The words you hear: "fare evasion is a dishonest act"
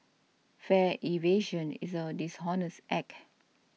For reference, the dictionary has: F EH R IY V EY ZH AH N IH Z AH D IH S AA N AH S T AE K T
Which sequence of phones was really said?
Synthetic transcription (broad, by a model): F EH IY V EY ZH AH N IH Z AH D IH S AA N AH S T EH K